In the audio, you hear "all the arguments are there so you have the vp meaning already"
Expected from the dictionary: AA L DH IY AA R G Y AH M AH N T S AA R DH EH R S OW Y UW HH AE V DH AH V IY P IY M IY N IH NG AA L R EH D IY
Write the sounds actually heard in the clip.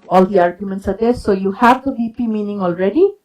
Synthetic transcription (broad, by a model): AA L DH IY AA R G Y AH M AH N T S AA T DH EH S OW Y UW HH AE V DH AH B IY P IY M IY N IH NG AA L R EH D IY